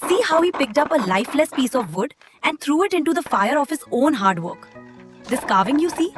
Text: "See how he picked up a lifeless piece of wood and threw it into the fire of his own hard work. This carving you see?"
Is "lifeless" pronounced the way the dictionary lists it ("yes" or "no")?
yes